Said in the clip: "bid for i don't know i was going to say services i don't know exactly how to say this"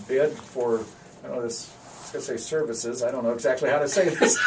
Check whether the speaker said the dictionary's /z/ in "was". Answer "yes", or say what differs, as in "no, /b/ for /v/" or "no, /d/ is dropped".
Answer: no, /s/ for /z/